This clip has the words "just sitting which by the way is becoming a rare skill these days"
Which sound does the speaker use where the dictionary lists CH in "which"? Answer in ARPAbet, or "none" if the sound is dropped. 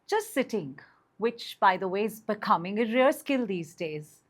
CH